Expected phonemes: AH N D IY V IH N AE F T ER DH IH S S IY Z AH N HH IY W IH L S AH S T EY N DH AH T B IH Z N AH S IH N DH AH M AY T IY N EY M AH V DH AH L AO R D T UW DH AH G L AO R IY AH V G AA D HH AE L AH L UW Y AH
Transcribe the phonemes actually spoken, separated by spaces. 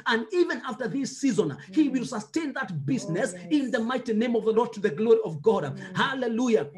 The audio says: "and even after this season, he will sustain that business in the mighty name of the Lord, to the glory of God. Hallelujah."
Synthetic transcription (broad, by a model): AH N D IY V IH N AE F T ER DH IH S S IY Z AH N HH IY W IH L S AH S T EY N DH AH T B IH Z N AH S IH N DH AH M AY T IY N EY M AH V DH AH L AO R D T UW DH AH G L AO R IY AH V G AA D HH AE L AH L UW Y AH